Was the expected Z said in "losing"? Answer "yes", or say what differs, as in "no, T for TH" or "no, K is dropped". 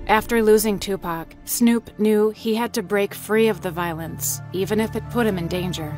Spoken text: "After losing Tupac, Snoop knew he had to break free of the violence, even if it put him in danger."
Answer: yes